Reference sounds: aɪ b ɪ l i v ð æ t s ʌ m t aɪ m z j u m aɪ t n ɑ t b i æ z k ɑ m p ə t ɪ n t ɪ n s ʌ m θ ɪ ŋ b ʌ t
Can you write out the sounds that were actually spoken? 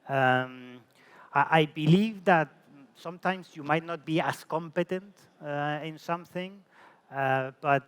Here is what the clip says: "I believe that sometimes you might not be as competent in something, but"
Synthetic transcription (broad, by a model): aɪ b ɪ l i v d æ t s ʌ m t aɪ m s j u m aɪ t n ɑ t b i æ s k ɑ m p ə t ɪ n t ɪ n s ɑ m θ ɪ ŋ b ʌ t